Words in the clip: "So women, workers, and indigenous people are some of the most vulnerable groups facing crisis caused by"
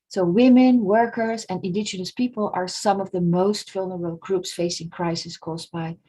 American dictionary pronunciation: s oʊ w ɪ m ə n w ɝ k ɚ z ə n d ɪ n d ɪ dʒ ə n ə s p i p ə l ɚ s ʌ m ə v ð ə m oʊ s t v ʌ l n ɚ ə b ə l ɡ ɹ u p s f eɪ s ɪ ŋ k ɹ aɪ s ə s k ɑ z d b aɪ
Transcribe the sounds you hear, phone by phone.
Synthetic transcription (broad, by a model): s oʊ w ɪ m ə n w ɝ k ɚ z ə n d ɪ n d ɪ dʒ ə n ə s p i p ə l ɚ s ʌ m ə v ð ə m oʊ s t f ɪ l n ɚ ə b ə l ɡ ɹ u p s f eɪ s ɪ ŋ k ɹ aɪ s ə s k ɑ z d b aɪ